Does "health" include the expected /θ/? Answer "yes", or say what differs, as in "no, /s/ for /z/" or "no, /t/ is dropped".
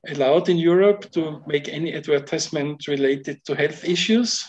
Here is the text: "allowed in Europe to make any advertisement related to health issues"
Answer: yes